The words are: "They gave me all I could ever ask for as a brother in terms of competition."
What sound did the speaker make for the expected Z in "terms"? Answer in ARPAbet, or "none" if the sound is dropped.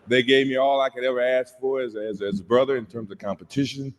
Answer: Z